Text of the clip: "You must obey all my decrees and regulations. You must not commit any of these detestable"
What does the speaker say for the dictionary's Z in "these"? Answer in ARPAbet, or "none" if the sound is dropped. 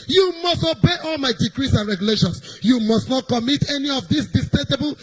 S